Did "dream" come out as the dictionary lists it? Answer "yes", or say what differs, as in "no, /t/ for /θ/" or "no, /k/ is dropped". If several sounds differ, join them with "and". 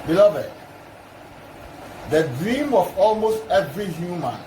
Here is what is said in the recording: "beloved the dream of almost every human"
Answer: yes